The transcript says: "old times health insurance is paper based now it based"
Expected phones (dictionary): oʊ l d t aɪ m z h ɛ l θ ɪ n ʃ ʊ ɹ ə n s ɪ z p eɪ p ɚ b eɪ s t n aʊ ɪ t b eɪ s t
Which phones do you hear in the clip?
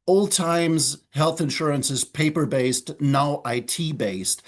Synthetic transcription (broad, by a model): oʊ l d t aɪ m z h ɛ l θ ɪ n ʃ ʊ ɹ ə n s ɪ z p eɪ p ɚ b eɪ s t n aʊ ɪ t b eɪ s t